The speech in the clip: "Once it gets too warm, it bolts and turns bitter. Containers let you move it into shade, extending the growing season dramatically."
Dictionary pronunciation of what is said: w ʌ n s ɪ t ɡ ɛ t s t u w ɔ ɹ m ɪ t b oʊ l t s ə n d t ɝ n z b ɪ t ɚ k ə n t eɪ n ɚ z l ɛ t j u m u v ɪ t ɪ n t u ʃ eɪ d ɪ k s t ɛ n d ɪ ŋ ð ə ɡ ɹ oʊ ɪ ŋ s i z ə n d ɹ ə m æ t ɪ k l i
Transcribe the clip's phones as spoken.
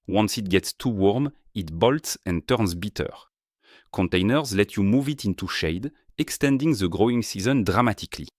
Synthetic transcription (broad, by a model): w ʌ n s ɪ t ɡ ɛ t s t u w ɔ ɹ m ɪ t b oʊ l t s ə n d t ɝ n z b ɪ t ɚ k ə n t eɪ n ɚ z l ɛ t j u m u v ɪ t ɪ n t u ʃ eɪ d ɪ k s t ɛ n d ɪ ŋ ð ə ɡ ɹ oʊ ɪ ŋ s i z ə n d ɹ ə m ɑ t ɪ k l i